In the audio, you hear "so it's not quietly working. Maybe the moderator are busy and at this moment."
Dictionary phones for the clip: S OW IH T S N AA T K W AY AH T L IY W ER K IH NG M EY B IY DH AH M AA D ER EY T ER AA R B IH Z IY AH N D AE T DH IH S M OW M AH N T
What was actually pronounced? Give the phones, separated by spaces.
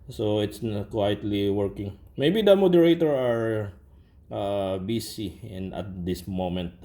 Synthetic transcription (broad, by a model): S OW IH T S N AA K W AY AH T L IY W ER K IH NG M EY B IY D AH M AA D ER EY T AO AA R B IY S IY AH N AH T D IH S M OW M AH N T